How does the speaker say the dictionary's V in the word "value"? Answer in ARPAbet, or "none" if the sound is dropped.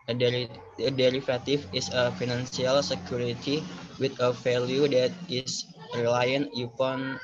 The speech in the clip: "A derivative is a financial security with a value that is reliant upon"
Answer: F